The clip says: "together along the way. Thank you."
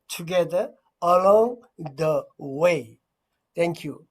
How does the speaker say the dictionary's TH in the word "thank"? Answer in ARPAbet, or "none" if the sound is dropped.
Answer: T